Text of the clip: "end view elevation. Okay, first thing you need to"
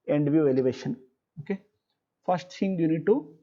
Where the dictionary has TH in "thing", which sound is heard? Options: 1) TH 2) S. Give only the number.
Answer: 2